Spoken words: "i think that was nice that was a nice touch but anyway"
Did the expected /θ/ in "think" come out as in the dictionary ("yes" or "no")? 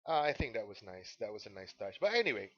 yes